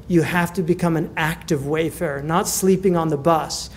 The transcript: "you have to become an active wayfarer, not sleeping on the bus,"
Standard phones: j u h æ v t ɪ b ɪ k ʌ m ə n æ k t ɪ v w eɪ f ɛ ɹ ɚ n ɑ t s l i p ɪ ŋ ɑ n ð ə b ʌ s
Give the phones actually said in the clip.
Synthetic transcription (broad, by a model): j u h æ f t ɪ b ɪ k ʌ m ə n æ k t ɪ v w eɪ f ɛ ɹ n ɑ t s l i p ɪ ŋ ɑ n ð ə b ʌ s